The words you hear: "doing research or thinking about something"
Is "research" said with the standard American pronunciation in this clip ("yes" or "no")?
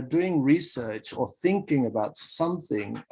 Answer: yes